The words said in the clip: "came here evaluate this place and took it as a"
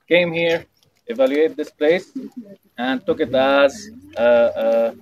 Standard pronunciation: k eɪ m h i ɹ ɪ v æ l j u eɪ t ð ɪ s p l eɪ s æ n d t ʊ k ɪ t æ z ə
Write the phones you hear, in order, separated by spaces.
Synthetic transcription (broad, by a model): k eɪ m h i ɹ ɪ v æ l j u eɪ t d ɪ s p l eɪ s æ n d t ʊ k ɪ t æ z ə